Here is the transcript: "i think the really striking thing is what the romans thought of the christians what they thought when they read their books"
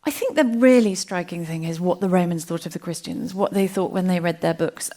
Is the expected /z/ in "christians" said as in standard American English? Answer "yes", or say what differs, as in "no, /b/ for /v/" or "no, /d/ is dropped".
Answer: yes